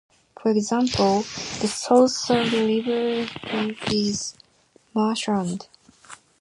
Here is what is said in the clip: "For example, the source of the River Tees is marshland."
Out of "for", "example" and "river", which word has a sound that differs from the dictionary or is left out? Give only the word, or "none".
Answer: river